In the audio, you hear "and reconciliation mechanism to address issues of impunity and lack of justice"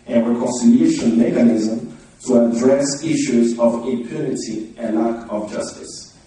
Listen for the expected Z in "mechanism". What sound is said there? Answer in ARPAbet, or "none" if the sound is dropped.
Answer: Z